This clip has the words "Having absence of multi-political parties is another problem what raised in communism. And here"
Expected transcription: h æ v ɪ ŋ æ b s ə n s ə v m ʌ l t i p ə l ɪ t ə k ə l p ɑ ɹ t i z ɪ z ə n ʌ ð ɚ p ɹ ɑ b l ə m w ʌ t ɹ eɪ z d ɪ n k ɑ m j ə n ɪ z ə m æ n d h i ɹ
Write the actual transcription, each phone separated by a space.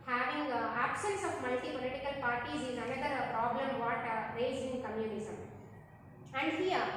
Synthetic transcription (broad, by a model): h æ v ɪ ŋ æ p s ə n s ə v m ʌ l t i p ə l ɪ t ə k ə l p ɑ ɹ t i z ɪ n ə n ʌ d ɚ p ɹ ɑ b l ə m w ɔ t ɹ eɪ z ɪ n k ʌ m j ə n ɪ s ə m æ n d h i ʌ